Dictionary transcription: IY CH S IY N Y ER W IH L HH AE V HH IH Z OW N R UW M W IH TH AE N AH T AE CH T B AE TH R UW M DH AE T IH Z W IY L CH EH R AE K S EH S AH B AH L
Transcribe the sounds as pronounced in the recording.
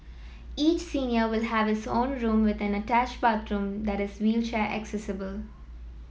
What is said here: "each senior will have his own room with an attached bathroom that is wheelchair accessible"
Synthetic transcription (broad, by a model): IY CH S IY N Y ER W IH L HH AE V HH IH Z OW N R UW M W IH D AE N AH T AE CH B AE T R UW M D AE T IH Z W IY L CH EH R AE K S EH S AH B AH L